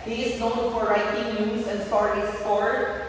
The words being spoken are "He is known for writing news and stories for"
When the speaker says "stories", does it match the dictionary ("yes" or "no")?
no